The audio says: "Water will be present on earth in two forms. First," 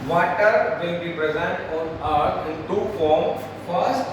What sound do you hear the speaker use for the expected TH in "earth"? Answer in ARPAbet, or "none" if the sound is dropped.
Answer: T